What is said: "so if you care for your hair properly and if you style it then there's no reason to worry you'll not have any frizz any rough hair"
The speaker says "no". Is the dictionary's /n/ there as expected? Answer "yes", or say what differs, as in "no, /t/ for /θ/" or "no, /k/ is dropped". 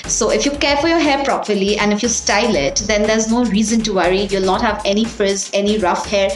yes